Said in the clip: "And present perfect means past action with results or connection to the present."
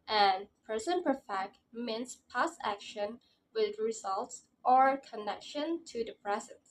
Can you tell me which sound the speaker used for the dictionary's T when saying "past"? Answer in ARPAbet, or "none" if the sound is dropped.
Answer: none